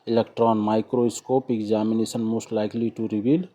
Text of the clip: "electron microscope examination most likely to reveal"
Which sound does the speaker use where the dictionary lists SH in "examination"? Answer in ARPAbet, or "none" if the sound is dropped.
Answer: S